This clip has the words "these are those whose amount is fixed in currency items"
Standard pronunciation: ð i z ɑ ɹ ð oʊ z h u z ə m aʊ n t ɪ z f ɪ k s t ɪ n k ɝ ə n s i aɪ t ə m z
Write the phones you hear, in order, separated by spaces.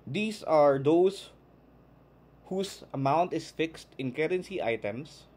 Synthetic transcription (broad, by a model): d i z ɑ ɹ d oʊ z h u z ə m aʊ n t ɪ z f ɪ k s t ɪ n k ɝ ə n s i aɪ t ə m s